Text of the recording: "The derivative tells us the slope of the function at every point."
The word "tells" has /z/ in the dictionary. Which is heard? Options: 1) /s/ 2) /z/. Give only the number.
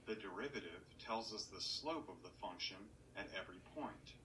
2